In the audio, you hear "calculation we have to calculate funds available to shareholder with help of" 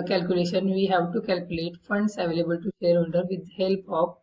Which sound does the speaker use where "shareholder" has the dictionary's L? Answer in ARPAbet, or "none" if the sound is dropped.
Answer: N